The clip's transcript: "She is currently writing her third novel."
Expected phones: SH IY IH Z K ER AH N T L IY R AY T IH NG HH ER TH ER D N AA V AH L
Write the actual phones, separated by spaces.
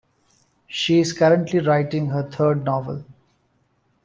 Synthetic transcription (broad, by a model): SH IY IH Z K ER AH N T L IY R AY T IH NG HH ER T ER D N AA V AH L